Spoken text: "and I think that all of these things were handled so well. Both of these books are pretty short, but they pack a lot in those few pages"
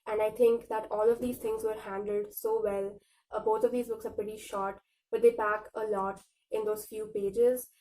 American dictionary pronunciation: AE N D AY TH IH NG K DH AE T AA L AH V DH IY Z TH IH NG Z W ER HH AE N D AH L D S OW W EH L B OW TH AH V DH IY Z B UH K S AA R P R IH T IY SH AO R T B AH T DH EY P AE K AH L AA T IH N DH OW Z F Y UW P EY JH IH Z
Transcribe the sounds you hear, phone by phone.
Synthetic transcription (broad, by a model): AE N D AY T IH NG K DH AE T AA L AH V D IY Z T IH NG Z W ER HH AE N D AH L D S OW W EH L B OW T AH V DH IY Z B UH K S AA R P R IH T IY SH AO R T B AH T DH EY B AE K AH L AA T IH N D OW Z F Y UW P EY JH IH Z